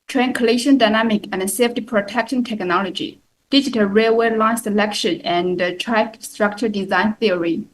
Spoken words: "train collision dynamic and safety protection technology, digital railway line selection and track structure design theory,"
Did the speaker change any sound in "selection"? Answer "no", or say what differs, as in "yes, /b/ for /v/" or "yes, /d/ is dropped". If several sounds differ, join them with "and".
no